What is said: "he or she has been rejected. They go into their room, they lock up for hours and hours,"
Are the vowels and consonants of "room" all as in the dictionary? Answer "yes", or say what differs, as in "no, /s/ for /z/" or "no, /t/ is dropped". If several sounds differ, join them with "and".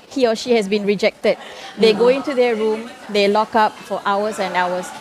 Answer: yes